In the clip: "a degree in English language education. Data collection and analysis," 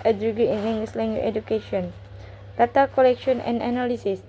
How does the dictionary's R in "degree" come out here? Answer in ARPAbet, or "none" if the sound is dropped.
none